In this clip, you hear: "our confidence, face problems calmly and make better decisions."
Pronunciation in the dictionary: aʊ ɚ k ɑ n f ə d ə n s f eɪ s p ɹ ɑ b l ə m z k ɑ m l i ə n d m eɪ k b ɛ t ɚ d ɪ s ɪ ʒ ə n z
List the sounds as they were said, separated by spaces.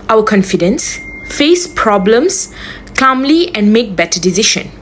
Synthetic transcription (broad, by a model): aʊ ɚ k ɑ n f ə d ə n s f eɪ s p ɹ ɑ b l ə m s k ɑ m l i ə n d m eɪ k b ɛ t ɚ d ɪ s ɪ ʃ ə n